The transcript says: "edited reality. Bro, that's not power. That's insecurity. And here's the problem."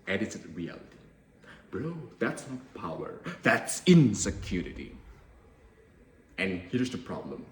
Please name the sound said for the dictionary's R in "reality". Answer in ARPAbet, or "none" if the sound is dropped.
R